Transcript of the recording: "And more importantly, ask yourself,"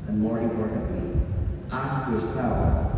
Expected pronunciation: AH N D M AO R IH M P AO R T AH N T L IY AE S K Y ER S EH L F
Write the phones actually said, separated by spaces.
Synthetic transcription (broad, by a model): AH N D M AO R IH P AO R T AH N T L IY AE S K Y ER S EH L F